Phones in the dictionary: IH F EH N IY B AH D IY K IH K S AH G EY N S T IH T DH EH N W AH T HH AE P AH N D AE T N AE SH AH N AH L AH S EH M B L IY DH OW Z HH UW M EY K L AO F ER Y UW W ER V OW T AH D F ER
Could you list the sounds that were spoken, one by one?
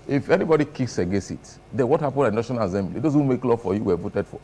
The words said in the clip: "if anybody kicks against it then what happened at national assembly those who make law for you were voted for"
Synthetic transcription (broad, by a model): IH F EH N IY B AH D IY K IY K S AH G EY S IH T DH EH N W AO T HH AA P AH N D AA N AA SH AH N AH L AH S EH M B L IY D OW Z HH UW M EY K L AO F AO Y UW W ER V OW T AH D F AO